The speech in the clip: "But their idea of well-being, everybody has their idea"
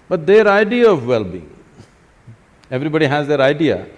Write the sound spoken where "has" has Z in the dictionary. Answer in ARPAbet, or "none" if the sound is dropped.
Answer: Z